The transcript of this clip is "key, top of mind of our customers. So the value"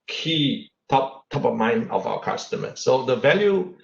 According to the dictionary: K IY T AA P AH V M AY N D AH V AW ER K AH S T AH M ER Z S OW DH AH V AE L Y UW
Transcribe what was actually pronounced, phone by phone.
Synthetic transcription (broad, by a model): K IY T AA P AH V M AY N AH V AW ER K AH S T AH M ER S OW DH AH V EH L Y UW